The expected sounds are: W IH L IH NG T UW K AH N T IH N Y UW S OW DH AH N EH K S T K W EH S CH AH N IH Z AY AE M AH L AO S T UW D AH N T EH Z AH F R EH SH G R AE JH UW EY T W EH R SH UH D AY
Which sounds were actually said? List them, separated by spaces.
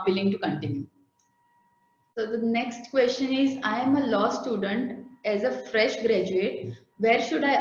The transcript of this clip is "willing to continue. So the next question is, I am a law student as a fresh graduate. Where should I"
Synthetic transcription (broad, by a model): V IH L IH NG T UW K AH N T IH N Y UW S OW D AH N EH K S T K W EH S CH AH N IH Z AY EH M AH L AO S T UW D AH N T EH Z AH F R EH SH G R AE JH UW EY T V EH R SH UH D AY